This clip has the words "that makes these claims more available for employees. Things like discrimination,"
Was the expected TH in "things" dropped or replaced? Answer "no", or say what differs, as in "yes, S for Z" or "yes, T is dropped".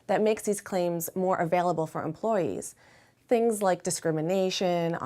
no